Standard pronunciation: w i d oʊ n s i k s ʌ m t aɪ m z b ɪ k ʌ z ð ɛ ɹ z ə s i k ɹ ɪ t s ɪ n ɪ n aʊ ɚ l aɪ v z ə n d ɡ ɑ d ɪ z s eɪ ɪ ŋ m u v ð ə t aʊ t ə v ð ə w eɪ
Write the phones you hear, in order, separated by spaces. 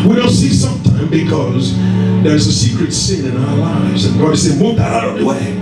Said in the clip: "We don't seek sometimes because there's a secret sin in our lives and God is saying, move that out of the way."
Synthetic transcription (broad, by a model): w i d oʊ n s i s ʌ m t aɪ m b ɪ k ʌ z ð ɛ ɹ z ə s i k ɹ ɪ t s ɪ n ɪ n aʊ ɚ l aɪ v z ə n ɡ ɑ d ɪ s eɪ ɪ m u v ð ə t aʊ t ə v ð ə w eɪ